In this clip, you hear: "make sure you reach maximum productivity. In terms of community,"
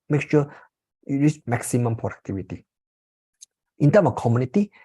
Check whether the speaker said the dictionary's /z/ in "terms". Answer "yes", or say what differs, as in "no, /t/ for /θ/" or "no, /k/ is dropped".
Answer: no, /z/ is dropped